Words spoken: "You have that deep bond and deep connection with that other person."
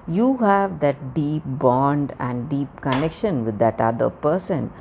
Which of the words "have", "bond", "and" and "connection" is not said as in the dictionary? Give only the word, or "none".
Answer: none